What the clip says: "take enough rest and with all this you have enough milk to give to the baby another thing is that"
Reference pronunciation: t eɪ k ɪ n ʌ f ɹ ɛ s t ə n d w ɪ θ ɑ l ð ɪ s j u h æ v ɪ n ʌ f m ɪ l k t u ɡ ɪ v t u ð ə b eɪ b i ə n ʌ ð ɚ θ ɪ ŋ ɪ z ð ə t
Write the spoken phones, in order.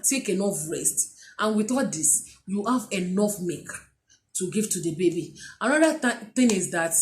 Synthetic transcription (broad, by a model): t eɪ k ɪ n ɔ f ɹ ɛ s t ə n w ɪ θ ɑ l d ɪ s j u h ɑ v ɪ n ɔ f m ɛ k t u ɡ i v t u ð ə b eɪ b i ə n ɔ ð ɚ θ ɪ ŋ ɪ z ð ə t